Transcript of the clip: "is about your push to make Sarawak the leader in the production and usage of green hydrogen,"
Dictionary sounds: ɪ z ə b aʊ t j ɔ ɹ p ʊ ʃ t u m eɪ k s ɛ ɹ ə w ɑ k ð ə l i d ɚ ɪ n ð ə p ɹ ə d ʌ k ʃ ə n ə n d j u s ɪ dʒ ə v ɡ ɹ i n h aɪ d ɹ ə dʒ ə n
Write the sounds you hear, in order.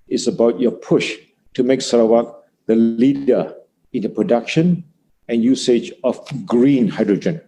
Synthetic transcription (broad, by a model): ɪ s ə b aʊ t j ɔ p ʊ ʃ t u m eɪ k s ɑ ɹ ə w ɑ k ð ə l i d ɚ ɪ n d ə p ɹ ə d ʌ k ʃ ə n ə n j u s ɪ dʒ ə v ɡ ɹ i n h aɪ d ɹ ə dʒ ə n